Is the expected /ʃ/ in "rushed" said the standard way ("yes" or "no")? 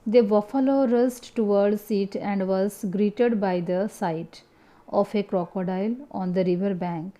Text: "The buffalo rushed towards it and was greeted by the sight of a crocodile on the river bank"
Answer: no